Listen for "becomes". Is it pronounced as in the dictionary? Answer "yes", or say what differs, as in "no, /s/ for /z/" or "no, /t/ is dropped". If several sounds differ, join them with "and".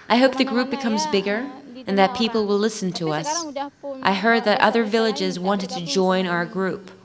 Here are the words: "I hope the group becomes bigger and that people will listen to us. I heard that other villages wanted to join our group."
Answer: yes